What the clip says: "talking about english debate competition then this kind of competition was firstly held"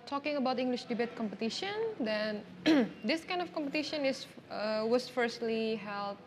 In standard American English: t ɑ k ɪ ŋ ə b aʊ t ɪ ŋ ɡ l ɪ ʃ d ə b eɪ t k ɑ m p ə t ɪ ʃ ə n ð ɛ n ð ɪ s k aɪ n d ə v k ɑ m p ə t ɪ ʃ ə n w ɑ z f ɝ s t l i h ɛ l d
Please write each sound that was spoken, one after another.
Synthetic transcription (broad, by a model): t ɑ k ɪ ŋ ə b aʊ t ɪ ŋ ɡ l ɪ ʃ d ə b eɪ t k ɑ m p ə t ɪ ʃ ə n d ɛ n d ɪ s k aɪ n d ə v k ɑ m p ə t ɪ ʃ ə n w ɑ s f ɝ s t l i h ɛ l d